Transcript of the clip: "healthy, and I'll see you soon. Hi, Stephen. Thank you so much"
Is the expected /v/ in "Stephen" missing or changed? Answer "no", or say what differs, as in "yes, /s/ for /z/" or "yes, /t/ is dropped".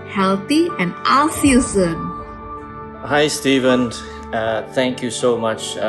no